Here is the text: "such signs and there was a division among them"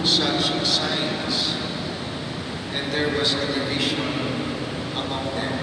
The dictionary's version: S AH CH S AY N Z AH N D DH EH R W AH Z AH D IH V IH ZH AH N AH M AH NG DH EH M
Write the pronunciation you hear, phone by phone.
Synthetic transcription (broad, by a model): S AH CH S AY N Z AH N D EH R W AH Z AH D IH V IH SH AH N AH M AH NG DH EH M